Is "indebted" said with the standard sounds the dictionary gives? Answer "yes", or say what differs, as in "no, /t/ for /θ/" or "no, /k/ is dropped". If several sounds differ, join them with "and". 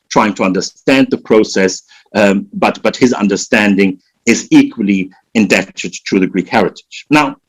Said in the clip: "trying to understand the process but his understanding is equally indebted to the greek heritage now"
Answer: yes